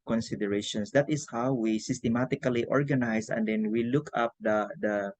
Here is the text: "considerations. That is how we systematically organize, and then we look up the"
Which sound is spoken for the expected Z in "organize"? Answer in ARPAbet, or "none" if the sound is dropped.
S